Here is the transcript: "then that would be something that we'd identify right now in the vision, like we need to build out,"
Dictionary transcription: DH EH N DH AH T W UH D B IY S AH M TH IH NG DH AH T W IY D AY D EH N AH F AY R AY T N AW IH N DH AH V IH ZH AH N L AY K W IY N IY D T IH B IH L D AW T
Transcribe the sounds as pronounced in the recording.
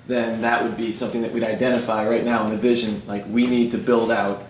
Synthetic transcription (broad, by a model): DH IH N DH AH T W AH D B IY S AH M TH IH NG DH AH T W IY D AY D EH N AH F AY R AY T N AW IH N DH AH V IH ZH AH N L AY K W IY N IY D T IH B IH L D AW T